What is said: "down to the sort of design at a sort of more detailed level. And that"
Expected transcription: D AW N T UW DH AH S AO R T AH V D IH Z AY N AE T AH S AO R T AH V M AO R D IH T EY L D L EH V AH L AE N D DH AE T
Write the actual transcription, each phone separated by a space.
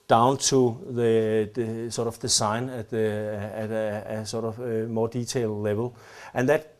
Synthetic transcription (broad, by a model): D AW N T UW DH AH S AO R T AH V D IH S AY N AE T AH S AO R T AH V M AO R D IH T EY L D L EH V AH L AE N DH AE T